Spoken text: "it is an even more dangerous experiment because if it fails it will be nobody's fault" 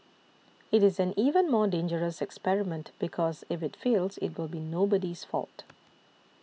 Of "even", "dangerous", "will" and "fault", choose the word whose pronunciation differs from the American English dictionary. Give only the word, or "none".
none